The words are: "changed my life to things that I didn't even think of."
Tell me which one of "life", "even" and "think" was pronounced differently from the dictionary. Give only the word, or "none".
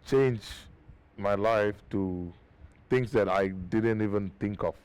think